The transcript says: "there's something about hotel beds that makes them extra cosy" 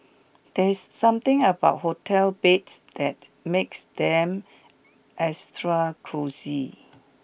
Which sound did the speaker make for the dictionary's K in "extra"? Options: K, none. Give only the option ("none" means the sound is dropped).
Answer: none